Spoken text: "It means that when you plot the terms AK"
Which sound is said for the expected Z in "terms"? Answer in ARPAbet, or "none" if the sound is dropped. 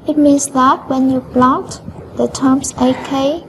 S